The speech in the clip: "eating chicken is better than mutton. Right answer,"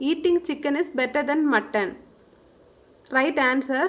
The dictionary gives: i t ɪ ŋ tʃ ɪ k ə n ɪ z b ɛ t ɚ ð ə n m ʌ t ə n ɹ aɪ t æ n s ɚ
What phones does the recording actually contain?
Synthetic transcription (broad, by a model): i t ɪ ŋ tʃ ɪ k ə n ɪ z b ɛ t ɚ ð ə n m ʌ t ə n ɹ aɪ t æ n s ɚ